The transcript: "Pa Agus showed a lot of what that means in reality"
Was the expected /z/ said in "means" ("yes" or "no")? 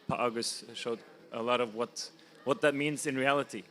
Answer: yes